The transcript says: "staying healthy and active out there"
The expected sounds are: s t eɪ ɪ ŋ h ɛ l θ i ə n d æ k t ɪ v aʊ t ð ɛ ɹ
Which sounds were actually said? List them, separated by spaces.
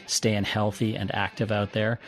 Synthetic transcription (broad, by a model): s t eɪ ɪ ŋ h ɛ l θ i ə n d æ k t ɪ v aʊ t ð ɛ ɹ